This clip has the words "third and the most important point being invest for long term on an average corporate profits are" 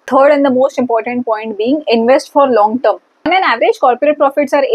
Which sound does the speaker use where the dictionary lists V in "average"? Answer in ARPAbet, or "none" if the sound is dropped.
V